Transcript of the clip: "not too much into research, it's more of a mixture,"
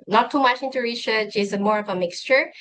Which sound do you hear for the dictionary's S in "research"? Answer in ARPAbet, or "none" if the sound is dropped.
SH